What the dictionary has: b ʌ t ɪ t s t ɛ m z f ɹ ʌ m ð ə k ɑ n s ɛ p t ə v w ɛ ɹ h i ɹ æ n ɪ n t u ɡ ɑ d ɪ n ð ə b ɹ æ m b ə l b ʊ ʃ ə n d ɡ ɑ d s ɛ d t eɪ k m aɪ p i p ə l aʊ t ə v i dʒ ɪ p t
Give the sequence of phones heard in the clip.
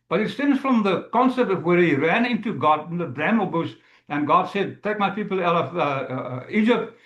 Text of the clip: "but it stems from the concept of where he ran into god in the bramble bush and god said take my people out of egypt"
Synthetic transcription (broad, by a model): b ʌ t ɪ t s t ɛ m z f ɹ ʌ m ð ə k ɑ n s ɛ p t ə v w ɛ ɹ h i ɹ æ n ɪ n t u ɡ ɑ d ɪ n ð ə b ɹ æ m ə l b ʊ s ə n ɡ ɑ d s ɛ d t eɪ k m aɪ p i p l aʊ t ə v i dʒ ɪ p t